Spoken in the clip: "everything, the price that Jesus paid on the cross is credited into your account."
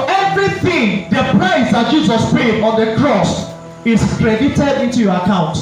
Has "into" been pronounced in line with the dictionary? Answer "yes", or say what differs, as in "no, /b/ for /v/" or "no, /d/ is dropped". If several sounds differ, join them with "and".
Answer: yes